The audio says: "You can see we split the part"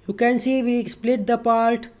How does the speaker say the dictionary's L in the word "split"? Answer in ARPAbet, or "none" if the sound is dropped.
L